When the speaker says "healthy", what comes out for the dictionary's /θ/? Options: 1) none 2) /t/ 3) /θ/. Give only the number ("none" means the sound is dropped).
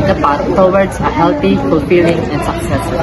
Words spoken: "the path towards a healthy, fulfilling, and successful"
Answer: 2